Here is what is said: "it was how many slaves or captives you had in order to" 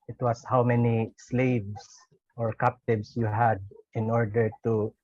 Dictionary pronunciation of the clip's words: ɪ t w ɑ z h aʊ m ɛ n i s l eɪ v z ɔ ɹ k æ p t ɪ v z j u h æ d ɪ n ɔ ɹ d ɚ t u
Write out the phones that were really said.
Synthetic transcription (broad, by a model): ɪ t w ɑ s h aʊ m ɛ n i s l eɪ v s ɔ ɹ k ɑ p t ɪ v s j u h æ d ɪ n ɔ ɹ d ɚ t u